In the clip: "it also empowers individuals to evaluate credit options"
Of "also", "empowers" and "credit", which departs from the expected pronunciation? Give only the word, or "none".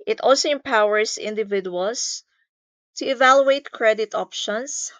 empowers